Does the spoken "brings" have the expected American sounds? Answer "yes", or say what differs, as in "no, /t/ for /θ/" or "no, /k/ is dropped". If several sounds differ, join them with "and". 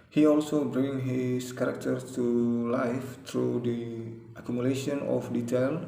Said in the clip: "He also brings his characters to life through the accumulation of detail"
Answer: no, /z/ is dropped